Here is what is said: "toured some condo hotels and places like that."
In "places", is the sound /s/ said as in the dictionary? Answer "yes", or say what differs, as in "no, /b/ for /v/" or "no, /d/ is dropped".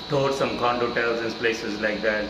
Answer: yes